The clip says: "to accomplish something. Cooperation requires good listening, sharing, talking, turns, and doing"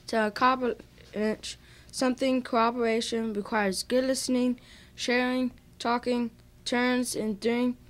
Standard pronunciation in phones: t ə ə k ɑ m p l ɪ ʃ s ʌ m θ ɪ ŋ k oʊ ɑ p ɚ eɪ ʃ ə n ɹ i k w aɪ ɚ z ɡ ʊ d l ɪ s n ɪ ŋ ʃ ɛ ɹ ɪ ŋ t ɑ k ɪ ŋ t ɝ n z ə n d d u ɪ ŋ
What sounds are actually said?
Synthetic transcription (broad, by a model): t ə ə k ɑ p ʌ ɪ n s ʌ m θ ɪ ŋ k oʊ ɑ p ɚ eɪ ʃ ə n ɹ i k w aɪ ɚ z ɡ ʊ d l ɪ s n ɪ ŋ ʃ ɛ ɹ ɪ ŋ t ɑ k ɪ ŋ t ɝ n z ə n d d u ɪ ŋ